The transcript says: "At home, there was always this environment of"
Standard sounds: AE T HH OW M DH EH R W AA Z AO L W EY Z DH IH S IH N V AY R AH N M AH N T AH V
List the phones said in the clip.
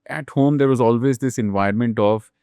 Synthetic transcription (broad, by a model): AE T HH OW M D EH R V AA Z AO L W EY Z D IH S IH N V AY AH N M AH N T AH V